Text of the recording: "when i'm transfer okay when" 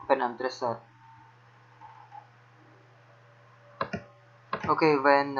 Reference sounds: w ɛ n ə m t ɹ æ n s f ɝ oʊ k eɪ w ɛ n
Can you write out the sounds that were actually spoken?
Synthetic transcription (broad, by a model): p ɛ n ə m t ɹ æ s ɝ oʊ k eɪ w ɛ n